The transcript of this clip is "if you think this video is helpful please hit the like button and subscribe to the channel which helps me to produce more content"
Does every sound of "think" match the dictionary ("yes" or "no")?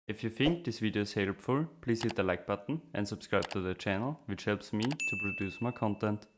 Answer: no